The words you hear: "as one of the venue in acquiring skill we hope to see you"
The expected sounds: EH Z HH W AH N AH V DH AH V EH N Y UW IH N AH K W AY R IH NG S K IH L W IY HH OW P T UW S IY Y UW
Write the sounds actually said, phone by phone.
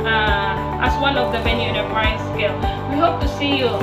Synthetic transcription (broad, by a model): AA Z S W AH N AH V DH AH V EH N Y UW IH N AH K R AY IH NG S K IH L W IY HH OW P T UW S IY Y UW